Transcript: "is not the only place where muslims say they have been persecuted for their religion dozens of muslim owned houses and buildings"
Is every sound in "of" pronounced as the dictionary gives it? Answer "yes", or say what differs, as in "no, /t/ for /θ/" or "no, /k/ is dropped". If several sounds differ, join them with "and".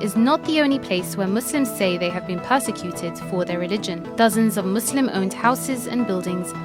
yes